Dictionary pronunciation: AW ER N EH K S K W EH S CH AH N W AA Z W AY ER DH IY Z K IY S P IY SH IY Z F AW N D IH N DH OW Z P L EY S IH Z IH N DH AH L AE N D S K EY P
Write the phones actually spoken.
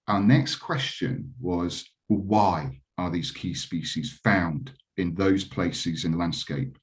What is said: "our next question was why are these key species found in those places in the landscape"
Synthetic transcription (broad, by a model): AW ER N EH K S K W EH S CH AH N W AA Z W AY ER DH IY Z K IY S P IY SH IY Z F AW N D IH N DH OW Z P L EY S IH Z IH N DH AH L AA N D S K EY P